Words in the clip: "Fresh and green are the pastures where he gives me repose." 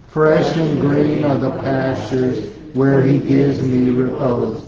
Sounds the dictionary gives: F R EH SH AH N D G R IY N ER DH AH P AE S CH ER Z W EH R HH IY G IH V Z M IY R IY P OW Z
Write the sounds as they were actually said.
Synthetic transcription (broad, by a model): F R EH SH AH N G R IY N ER DH AH P AE S CH ER Z W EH R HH IY G IH V Z M IY R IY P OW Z